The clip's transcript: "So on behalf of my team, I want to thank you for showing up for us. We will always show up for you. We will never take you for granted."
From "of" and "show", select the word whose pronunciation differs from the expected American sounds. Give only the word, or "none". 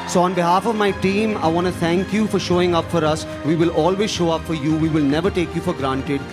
none